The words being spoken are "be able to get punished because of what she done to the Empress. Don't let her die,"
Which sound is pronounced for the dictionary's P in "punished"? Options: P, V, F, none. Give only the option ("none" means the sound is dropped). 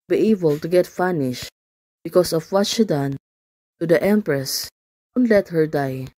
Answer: F